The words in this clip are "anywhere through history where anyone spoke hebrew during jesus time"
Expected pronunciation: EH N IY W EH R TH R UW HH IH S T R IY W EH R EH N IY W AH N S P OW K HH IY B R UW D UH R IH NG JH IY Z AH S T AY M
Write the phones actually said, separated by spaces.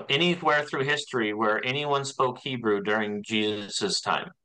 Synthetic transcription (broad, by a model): EH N IY W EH R TH R UW HH IH S T R IY W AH R EH N IY W AH N S P OW K HH IY B R UW D UH R IH NG JH IY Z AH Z T AY M